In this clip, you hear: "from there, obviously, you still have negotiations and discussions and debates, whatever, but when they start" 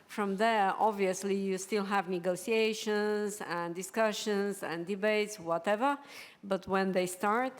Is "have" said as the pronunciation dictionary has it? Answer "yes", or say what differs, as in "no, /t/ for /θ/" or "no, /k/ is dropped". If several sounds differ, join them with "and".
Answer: yes